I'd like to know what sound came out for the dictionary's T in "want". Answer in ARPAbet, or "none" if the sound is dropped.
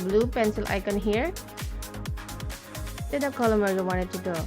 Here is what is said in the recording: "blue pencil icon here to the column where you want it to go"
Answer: none